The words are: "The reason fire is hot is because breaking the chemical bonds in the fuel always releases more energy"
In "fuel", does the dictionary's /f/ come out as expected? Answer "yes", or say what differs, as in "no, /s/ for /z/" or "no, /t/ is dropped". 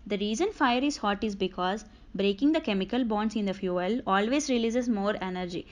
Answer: yes